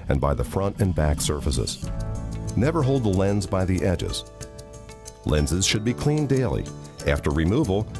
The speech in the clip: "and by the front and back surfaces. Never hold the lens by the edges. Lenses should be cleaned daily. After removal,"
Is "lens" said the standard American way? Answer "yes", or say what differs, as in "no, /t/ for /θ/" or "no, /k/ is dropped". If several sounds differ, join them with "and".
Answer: yes